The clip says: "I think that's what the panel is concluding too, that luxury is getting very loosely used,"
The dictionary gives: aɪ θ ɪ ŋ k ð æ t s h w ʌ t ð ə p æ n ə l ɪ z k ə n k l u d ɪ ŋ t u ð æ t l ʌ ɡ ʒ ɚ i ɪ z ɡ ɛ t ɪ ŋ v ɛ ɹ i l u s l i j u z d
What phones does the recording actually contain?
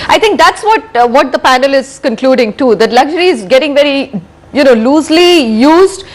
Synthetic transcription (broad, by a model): aɪ t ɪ ŋ k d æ t s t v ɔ t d ə p æ n ə l ɪ z k ə n k l u d ɪ ŋ t u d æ t l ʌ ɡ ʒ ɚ i ɪ z ɡ ɛ t ɪ ŋ v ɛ ɹ i l u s l i j u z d